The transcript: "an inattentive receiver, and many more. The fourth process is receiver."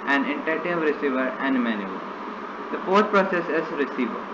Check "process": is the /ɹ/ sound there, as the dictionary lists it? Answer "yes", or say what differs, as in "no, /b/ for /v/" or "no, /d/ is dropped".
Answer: yes